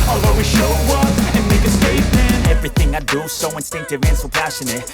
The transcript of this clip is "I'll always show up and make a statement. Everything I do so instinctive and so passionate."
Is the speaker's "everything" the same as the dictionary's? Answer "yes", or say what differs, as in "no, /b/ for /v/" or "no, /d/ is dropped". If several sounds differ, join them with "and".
yes